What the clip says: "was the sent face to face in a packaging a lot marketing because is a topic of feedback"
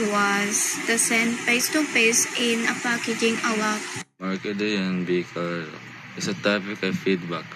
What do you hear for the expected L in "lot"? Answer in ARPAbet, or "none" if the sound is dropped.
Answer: W